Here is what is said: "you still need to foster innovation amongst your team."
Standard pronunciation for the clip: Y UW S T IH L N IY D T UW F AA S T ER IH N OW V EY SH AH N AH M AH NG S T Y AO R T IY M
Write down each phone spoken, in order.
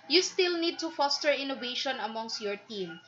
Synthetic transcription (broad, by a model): Y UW S T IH L N IY D T UW F AA S T ER IH N OW V EY SH AH N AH M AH NG S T Y AO R T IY M